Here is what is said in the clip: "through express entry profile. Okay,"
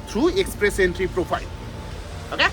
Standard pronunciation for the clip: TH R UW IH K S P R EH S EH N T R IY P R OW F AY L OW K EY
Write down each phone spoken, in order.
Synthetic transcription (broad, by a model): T R UW IH K S P R EH S EH N T R IY P R OW P AY L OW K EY